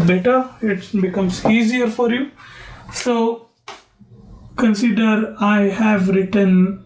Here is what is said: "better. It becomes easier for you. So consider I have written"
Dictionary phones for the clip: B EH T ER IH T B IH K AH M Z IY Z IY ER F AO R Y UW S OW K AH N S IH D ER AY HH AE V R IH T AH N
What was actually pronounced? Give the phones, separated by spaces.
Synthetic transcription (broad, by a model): B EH T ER IH T B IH K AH M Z IY Z IY ER F AO R Y UW S OW K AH N S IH D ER AY HH AE V R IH T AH N